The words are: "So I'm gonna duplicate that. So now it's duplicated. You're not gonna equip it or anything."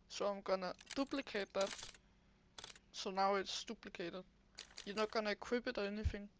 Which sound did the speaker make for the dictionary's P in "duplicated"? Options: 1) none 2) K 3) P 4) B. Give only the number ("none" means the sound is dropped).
4